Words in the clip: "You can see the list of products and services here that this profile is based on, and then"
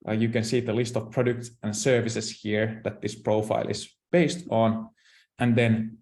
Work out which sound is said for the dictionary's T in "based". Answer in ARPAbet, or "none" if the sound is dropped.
T